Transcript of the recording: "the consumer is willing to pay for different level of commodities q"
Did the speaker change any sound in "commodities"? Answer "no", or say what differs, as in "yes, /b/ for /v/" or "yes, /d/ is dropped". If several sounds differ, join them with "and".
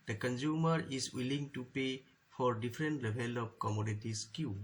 yes, /s/ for /z/